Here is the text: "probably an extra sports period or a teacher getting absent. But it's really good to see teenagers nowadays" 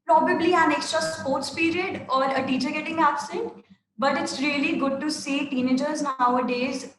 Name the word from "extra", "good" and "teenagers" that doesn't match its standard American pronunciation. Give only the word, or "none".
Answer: none